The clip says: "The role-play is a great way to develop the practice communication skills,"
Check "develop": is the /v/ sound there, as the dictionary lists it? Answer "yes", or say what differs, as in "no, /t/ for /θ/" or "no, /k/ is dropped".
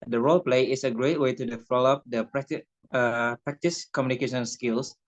no, /f/ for /v/